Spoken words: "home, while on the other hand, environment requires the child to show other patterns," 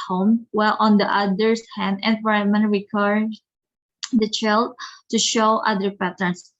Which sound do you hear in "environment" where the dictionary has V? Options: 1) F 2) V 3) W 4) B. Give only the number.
1